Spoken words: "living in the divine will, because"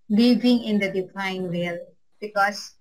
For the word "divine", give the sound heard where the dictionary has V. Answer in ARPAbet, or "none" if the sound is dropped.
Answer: F